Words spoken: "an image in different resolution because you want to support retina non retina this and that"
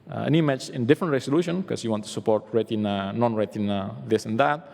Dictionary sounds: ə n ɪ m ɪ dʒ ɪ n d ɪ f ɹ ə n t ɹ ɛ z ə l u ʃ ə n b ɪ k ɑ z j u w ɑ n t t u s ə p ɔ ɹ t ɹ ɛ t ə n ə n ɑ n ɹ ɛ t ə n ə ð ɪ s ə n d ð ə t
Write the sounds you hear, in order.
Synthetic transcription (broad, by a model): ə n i m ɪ tʃ ɪ n d ɪ f ɹ ə n t ɹ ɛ s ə l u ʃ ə n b k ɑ s j u w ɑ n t t u s ə p ɔ ɹ t ɹ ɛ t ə n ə n ɑ n ɹ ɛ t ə n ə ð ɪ s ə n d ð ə t